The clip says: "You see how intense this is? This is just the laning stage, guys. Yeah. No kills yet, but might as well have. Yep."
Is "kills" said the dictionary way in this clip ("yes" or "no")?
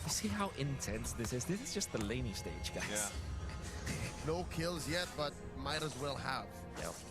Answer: yes